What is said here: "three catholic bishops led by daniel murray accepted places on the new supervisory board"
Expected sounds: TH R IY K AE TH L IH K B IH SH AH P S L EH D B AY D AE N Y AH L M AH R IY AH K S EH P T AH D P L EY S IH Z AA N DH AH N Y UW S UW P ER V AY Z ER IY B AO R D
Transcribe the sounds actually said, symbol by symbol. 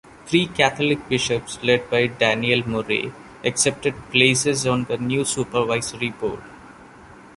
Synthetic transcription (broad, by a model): T R IY K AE T L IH K B IH SH AH P S L EH D B AY D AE N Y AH L M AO R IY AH K S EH P T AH D P L EY S IH Z AA N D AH N Y UW S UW P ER V AY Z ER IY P AO R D